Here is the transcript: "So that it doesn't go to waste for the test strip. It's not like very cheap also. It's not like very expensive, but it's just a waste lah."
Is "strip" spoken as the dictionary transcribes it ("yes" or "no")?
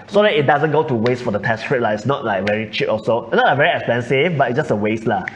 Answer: no